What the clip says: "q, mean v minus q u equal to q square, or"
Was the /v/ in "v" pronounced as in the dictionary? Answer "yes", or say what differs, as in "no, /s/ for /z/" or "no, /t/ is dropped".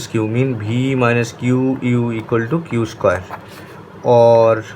no, /b/ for /v/